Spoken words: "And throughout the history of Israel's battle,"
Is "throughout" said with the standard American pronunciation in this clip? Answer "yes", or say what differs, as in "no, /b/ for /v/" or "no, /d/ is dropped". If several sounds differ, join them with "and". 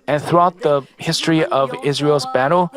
yes